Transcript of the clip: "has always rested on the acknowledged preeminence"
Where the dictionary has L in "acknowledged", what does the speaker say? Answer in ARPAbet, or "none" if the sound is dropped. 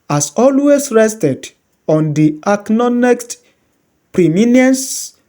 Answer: N